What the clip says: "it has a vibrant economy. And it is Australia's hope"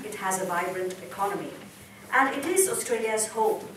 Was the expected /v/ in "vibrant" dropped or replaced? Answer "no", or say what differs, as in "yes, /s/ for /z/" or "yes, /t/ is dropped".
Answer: no